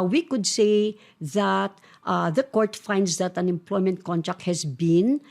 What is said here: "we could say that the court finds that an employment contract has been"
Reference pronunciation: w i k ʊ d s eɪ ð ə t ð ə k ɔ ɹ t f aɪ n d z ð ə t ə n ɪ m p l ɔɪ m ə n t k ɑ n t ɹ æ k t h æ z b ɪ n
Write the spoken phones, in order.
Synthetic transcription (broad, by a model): w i k ʊ d s eɪ ð ə t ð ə k ɔ ɹ t f aɪ n d s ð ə t ə n ɪ m p l ɔɪ m ə n t k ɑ n t ɹ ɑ k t h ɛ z b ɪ n